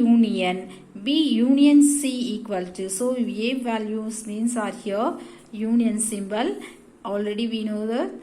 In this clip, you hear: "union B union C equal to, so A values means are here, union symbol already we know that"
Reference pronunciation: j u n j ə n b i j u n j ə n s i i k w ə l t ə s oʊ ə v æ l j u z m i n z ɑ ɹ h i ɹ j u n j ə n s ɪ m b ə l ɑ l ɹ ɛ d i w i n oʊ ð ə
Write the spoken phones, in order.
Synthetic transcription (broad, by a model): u n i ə n b i j u n j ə n s i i k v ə l t ə s oʊ ə v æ l j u s m i n s ɑ ɹ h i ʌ j u n j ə n s ɪ m b ə l ɑ l ɹ ɛ d i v i n oʊ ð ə